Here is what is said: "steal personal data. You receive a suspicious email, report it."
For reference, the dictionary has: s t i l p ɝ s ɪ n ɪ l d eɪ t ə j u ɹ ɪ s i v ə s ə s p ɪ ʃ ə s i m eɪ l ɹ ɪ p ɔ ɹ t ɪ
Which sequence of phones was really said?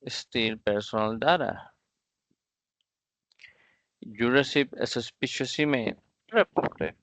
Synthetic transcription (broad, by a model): s t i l p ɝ s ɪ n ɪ l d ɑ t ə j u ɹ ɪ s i p ə s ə s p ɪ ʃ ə s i m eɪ n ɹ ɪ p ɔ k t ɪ